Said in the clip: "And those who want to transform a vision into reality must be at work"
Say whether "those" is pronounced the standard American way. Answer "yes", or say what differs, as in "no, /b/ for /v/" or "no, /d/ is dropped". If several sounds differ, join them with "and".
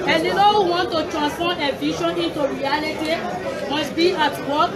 no, /z/ is dropped